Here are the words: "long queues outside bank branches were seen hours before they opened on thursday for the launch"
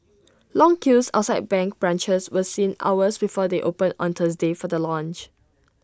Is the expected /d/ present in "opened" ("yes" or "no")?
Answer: no